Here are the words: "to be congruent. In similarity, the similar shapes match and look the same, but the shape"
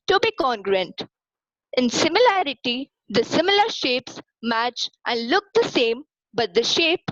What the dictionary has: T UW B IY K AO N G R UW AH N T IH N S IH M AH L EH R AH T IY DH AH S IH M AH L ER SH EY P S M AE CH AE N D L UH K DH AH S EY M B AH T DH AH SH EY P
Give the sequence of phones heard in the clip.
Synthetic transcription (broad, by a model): T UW B IY K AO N G R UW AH N T IH N S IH M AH L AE R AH T IY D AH S IH M AH L ER SH EY P S M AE CH AE N D L UH K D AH S EY M B AH T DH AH SH EY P